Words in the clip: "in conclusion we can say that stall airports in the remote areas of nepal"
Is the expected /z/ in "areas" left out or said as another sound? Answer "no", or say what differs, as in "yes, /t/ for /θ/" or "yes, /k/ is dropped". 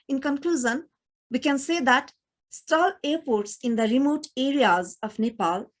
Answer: no